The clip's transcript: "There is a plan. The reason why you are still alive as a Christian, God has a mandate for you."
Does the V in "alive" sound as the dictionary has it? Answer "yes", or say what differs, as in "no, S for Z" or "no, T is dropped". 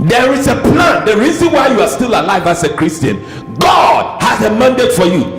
yes